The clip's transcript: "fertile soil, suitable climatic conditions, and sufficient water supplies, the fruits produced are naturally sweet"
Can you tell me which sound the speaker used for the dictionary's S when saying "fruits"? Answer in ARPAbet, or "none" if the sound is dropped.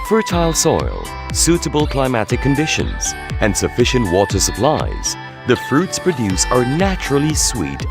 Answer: S